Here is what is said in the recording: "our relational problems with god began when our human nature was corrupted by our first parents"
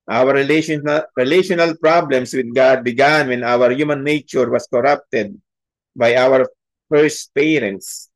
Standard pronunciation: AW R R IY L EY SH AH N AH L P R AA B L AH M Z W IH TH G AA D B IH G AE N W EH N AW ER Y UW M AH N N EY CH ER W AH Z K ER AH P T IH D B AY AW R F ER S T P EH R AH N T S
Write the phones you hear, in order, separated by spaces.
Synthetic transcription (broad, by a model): AW R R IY L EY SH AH N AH L P R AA B L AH M S W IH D G AA D B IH G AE N W EH N AW ER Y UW M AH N N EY CH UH W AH S K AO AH P T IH D B AY AW R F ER S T P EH R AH N T S